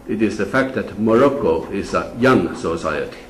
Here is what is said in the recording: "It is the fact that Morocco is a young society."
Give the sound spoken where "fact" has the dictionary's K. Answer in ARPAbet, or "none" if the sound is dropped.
K